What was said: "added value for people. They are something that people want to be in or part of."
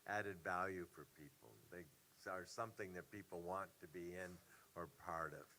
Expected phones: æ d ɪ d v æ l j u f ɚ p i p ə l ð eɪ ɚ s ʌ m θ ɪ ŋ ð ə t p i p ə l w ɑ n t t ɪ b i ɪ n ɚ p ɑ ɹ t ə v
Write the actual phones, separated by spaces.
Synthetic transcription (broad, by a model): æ d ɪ d v æ l j u f ɚ p i p l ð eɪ ɚ s ʌ m θ ɪ ŋ ð ə t p i p l w ɑ n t t ɪ b i ɪ n ɚ p ɑ ɹ t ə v